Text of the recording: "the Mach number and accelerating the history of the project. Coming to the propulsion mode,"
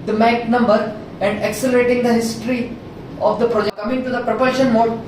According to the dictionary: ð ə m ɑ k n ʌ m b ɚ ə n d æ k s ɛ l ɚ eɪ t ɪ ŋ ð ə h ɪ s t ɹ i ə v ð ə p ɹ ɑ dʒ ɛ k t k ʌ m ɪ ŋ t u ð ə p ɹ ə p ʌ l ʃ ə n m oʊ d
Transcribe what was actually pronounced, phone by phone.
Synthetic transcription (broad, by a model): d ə m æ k n ʌ m b ɚ ə n d æ k s ɛ l ɚ eɪ t ɪ ŋ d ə h ɪ s t ɹ i ə v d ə p ɹ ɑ dʒ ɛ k k ʌ m ɪ ŋ t u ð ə p ɹ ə p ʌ ʃ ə n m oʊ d